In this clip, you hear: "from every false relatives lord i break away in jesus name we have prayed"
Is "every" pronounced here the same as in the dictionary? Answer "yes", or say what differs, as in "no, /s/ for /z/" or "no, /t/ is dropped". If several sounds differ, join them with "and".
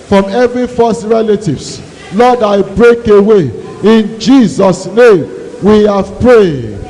yes